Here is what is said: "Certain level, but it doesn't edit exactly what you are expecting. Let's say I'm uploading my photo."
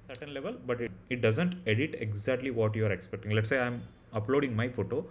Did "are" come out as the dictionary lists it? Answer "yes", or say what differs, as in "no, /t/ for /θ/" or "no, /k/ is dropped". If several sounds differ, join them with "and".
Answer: yes